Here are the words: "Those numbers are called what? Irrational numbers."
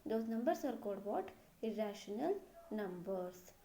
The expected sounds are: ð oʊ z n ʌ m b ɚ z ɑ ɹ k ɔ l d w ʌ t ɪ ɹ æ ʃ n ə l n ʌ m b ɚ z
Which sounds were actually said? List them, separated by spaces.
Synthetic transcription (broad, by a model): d oʊ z n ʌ m b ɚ s ɑ ɹ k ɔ d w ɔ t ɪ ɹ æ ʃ n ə l n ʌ m b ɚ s